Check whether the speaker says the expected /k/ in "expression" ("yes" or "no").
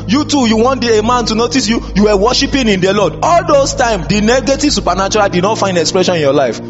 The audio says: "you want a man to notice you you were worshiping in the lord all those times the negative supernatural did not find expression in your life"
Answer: yes